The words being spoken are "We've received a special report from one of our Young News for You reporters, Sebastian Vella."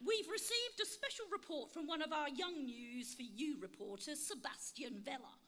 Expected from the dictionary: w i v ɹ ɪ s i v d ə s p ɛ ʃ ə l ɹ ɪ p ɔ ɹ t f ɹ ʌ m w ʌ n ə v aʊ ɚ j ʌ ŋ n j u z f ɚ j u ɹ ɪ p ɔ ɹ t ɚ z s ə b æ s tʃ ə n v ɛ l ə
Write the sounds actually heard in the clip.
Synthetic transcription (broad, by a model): w i v ɹ ɪ s i v d ə s p ɛ ʃ ə l ɹ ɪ p ɔ t f ɹ ʌ m w ʌ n ə v aʊ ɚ j ʌ ŋ n j u z f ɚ j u ɹ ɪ p ɔ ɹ t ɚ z s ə b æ s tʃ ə n v ɛ l ə